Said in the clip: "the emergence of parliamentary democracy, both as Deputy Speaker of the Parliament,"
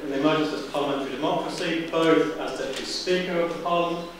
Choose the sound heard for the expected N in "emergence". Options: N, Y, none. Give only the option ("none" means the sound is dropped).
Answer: none